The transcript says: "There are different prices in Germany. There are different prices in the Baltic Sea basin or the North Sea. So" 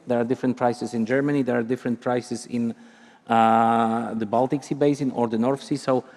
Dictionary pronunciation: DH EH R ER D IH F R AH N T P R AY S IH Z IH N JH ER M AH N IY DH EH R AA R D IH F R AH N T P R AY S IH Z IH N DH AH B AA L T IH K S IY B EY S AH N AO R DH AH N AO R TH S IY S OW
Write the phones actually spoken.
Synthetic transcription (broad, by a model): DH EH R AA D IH F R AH N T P R AY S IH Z IH N JH ER M AH N IY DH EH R AA R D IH F R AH N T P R AY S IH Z IH N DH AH B AA L T IH K S IY B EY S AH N AO R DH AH N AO R F S IY S OW